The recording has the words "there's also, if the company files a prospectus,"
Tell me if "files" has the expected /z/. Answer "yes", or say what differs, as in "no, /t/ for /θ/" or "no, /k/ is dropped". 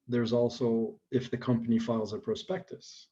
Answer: yes